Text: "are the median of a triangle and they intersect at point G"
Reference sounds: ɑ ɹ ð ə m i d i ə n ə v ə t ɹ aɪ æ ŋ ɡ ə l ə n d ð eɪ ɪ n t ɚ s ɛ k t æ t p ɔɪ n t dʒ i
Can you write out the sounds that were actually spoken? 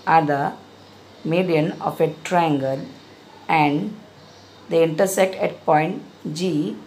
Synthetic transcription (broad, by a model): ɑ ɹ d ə m i d i ə n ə f ə t ɹ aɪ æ ŋ ɡ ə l ə n d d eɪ ɪ n t ɚ s ɛ k t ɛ t p ɔɪ n t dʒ i